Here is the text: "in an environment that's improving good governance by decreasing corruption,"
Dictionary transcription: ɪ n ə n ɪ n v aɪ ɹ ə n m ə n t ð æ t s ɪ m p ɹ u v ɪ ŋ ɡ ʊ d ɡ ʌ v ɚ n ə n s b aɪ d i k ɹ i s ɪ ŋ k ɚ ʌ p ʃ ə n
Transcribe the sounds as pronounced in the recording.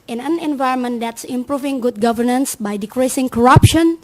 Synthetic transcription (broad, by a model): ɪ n ə n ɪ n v aɪ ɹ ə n m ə n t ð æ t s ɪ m p ɹ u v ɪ ŋ ɡ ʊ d ɡ ʌ v ɚ n ə n s b aɪ d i k ɹ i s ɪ ŋ k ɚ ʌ p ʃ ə n